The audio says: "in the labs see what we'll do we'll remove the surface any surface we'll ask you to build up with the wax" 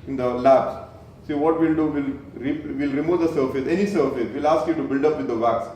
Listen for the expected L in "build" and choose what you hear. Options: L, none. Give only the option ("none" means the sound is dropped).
L